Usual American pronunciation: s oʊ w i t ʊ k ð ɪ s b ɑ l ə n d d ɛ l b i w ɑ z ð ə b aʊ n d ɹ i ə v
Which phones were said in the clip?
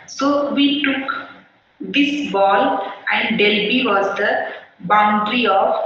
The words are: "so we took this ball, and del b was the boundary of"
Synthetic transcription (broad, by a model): s oʊ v i t ʊ k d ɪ s b ɑ l ə n d d ɛ l b i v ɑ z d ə b aʊ n d ɹ i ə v